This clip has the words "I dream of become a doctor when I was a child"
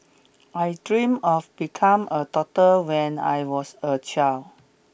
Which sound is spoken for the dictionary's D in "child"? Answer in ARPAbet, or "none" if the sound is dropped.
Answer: none